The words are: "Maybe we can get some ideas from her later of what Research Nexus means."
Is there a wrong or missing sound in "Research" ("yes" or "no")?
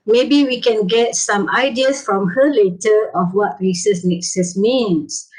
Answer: yes